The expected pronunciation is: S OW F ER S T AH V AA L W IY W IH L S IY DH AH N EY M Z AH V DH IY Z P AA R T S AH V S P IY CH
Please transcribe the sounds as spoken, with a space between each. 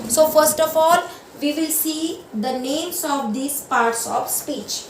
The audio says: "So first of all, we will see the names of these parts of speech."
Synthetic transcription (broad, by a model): S OW F ER S T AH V AA L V IY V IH L S IY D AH N EY M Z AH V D IY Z P AA R T S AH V S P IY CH